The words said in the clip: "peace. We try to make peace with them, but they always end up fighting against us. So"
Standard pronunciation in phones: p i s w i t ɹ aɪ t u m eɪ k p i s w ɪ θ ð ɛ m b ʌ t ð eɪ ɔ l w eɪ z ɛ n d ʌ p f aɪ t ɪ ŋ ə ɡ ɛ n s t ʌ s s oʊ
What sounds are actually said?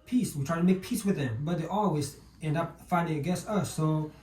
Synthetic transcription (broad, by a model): p i s w i t ɹ aɪ t u m eɪ k p i s w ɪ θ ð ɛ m b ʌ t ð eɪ ɔ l w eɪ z ɛ n d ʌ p f aɪ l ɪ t ɡ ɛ s ʌ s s oʊ